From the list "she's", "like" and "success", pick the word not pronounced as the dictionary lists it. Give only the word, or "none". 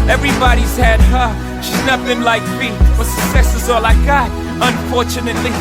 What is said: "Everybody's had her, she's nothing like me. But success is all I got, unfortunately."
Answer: none